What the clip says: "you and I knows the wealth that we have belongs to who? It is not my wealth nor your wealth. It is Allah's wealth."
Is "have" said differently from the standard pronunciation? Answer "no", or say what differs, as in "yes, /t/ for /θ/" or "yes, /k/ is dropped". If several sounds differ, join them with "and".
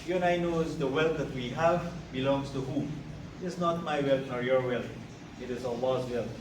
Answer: no